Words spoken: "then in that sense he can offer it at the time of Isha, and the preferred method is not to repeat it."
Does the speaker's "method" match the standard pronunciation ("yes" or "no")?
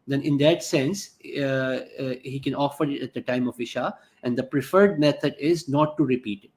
no